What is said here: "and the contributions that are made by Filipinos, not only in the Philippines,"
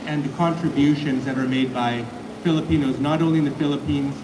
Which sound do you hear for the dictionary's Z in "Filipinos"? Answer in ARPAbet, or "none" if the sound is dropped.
Z